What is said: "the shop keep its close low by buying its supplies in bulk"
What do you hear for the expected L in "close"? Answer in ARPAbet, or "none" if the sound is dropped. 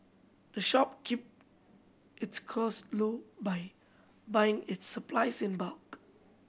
none